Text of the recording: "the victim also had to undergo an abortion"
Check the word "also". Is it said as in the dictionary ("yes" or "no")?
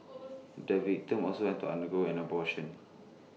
no